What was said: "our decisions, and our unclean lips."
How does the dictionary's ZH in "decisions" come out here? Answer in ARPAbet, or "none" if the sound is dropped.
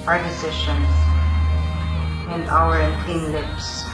SH